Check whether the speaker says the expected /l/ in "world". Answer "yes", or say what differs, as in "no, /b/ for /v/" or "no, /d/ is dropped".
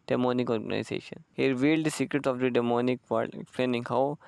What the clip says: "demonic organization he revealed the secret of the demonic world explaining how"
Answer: no, /l/ is dropped